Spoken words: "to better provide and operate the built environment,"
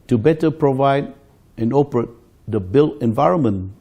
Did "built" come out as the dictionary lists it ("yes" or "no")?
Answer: no